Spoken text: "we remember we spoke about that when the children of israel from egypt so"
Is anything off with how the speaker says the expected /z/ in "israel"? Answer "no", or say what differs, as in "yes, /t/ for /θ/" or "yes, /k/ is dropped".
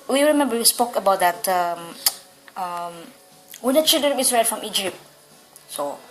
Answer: yes, /s/ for /z/